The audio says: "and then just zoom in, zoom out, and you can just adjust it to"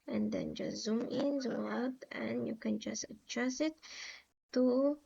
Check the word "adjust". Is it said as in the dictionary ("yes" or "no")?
no